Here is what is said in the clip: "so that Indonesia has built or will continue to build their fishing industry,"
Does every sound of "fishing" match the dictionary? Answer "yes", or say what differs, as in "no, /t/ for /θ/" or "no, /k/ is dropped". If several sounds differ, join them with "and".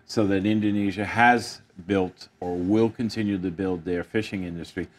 yes